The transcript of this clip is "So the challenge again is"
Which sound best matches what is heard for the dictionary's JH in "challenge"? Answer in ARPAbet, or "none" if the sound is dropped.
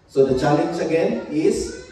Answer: CH